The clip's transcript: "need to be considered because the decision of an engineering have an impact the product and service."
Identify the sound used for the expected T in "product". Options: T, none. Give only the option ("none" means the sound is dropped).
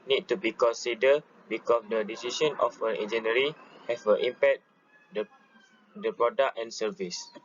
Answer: none